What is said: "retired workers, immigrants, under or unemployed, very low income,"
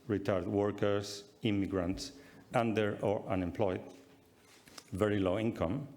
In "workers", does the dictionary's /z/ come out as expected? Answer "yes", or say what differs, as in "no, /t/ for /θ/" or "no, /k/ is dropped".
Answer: no, /s/ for /z/